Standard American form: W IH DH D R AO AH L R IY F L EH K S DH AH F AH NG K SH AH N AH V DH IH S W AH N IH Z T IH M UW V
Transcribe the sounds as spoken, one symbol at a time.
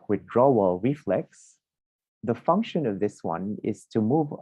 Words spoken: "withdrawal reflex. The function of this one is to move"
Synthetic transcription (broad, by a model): W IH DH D R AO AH L R IY F L EH K S DH AH F AH NG K SH AH N AH V DH IH S W AH N IH Z T IH M UW V